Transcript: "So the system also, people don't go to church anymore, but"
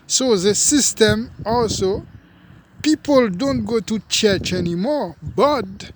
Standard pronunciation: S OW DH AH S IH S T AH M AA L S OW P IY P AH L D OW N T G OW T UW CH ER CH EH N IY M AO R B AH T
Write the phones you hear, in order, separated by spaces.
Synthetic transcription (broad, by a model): S OW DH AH S IH S T AH M AA L S OW P IY P AH L D OW N T G OW T UW CH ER CH EH N IY M AO R B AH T